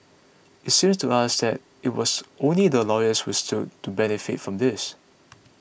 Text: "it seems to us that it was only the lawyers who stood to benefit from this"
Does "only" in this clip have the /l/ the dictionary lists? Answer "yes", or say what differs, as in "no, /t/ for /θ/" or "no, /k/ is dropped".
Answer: yes